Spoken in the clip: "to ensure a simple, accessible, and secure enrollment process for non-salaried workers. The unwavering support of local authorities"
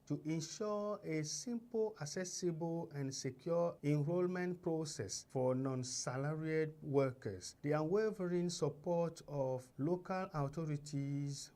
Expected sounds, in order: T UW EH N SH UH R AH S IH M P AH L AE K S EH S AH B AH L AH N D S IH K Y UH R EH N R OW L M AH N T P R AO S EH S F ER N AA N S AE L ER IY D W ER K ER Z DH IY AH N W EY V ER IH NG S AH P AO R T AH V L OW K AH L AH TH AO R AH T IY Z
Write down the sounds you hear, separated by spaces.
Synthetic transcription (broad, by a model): T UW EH N SH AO AH S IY M P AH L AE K S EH S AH B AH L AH N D S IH K Y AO EH N R OW L M AH N T P R AO S EH S F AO N AA N S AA L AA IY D W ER K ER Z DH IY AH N W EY V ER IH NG S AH P AO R T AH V L OW K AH L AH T AO R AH T IY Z